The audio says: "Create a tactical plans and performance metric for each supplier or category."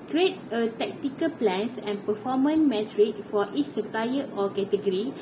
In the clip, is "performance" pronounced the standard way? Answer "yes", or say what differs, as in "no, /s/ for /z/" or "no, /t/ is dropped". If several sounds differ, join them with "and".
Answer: no, /s/ is dropped